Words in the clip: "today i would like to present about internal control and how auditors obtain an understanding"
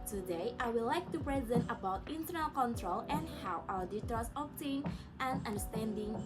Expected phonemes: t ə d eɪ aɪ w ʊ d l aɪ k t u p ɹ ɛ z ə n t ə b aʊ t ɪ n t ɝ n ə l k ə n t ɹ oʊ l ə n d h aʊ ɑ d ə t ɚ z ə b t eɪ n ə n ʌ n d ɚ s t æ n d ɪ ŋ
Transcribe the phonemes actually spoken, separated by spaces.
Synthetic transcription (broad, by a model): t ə d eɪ aɪ w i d l aɪ k t u p ɹ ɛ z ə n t ə b aʊ t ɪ n t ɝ n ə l k ə n t ɹ oʊ l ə n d h aʊ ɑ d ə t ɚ s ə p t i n ə n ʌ n d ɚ s t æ n d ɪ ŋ